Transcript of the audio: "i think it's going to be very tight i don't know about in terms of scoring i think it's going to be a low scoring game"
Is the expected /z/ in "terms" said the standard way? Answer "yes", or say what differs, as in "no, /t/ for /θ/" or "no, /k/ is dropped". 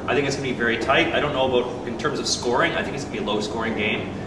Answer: yes